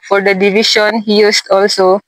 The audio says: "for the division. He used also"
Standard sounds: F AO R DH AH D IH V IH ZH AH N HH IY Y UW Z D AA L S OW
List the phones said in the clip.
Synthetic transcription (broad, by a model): F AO R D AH D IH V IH SH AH N HH IY Y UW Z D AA L S OW